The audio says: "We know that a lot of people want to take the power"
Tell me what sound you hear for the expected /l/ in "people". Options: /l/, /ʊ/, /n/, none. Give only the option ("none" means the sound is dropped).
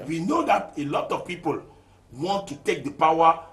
/l/